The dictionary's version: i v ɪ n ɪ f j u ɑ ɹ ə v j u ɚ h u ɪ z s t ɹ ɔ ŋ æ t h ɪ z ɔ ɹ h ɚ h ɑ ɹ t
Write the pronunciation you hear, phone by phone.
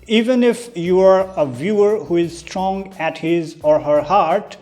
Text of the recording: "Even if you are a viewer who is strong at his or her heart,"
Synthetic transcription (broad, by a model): i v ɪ n ɪ f j u ɑ ɹ ə v j u ɚ h u ɪ z s t ɹ ɔ ŋ æ t h ɪ z ɔ ɹ h ɚ h ɑ ɹ t